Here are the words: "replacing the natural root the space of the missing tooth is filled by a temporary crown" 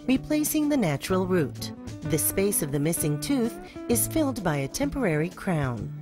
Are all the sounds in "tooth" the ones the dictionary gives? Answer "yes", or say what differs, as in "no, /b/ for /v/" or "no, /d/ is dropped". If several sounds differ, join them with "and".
yes